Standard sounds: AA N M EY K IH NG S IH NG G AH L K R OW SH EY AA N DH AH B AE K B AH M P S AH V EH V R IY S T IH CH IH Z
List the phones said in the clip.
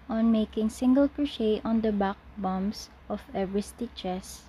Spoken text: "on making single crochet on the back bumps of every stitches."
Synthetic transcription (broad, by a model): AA N M EY K IH NG S IH NG G AH L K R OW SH EY AA N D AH B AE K B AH M S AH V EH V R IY S T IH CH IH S